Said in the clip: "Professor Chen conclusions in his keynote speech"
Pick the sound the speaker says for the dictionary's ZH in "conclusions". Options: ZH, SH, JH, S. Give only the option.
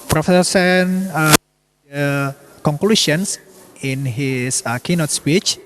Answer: SH